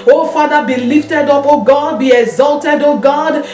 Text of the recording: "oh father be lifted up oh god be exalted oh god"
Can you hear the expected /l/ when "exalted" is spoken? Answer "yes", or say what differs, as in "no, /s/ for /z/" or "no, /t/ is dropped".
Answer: yes